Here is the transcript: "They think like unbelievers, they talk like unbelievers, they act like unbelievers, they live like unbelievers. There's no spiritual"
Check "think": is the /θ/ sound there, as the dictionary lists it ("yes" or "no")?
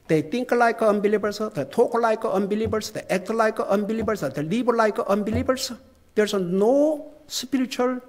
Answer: no